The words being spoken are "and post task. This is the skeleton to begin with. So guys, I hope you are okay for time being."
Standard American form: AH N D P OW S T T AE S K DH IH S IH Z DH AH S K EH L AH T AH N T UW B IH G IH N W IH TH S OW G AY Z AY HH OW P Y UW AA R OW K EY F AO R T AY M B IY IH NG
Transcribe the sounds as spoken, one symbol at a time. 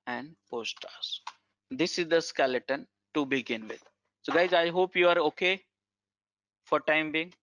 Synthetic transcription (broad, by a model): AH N D P OW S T T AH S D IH S IH Z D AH S K EH L AH T AH N T UW B IH G IH N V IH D S OW G AY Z AY HH OW P Y UW AA R OW K EY F AO R T AY M B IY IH NG